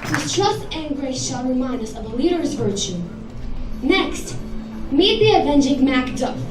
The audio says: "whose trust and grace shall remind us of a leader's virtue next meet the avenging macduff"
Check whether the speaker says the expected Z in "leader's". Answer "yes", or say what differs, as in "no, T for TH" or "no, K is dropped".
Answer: yes